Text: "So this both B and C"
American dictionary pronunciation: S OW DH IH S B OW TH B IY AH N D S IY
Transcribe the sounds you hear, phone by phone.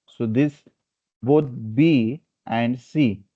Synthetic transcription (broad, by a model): S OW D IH S B OW T B IY AH N D S IY